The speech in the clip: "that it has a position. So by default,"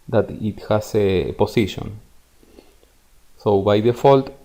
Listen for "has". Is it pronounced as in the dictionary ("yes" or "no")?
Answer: no